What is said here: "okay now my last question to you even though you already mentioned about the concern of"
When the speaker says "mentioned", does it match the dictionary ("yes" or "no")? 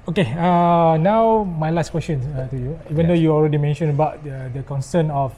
no